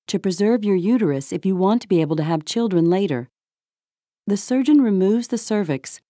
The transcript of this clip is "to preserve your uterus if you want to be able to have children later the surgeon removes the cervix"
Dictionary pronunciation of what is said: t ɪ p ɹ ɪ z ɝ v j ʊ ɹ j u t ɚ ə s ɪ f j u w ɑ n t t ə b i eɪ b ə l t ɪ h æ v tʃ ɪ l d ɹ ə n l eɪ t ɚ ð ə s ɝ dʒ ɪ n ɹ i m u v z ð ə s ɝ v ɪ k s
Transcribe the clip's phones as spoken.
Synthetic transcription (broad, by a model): t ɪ p ɹ ɪ z ɝ v j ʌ ɹ j u t ɚ ə s ɪ f j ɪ w ɑ n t t ə b i eɪ b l t ɪ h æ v tʃ ɪ l d ɹ ə n l eɪ t ɚ ð ə s ɝ dʒ ɪ n ɹ i m u v z ð ə s ɝ v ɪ k s